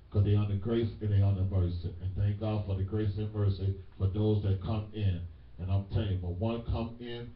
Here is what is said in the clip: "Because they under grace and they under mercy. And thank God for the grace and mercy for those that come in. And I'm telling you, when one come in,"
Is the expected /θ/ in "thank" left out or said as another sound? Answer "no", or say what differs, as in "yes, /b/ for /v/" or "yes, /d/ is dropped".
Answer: no